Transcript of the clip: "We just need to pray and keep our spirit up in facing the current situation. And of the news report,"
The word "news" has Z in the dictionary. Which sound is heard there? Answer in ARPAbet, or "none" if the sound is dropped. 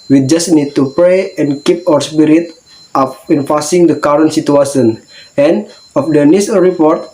S